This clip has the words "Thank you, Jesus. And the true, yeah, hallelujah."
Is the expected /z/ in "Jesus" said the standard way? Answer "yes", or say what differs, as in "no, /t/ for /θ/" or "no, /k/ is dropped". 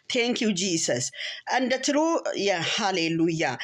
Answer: no, /s/ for /z/